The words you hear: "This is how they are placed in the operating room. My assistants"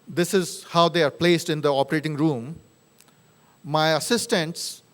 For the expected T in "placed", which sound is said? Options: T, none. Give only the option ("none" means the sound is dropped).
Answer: T